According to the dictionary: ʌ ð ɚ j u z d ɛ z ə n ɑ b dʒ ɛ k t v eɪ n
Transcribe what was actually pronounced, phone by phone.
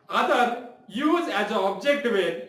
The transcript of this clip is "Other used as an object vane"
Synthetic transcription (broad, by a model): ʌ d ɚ j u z ɛ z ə ɑ b dʒ ɛ k t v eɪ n